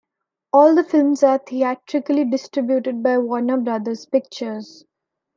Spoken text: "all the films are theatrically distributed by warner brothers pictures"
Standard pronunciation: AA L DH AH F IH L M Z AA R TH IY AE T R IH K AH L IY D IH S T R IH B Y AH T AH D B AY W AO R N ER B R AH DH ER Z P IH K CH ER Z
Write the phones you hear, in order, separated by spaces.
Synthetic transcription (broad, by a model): AA L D AH F IH L M Z AA R T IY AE T R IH K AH L IY D IH S T R IH B Y AH T AH D B AY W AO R N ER B R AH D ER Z P IH K CH ER Z